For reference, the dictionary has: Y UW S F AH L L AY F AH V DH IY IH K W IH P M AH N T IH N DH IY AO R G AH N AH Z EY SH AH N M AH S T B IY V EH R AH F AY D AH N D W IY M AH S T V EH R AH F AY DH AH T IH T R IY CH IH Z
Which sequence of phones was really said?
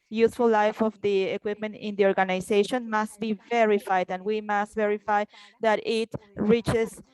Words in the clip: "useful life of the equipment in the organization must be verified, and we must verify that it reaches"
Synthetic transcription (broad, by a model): Y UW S F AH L L AY F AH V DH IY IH K W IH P M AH N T IH N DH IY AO R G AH N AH S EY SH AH N M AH S T B IY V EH R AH F AY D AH N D W IY M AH S T V EH R AH F AY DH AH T IH T R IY CH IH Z